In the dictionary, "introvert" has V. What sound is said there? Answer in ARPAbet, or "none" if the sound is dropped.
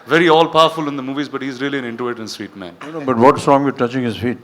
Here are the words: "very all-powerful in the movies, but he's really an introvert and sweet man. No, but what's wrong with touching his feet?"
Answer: none